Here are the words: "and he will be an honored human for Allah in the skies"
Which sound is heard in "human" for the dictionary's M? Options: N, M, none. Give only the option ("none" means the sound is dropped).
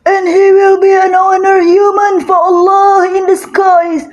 M